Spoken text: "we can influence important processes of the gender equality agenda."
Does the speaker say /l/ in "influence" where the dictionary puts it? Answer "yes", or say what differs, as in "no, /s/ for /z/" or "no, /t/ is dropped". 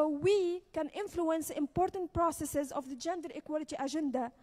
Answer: yes